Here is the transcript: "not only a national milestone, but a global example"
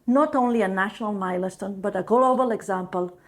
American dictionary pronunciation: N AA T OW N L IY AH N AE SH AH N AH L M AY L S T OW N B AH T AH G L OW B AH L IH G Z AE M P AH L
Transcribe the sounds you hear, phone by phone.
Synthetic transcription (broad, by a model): N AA T OW N L IY AH N AE SH AH N AH L M AY L S T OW N B AH T AH G L OW B AH L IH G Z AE M P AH L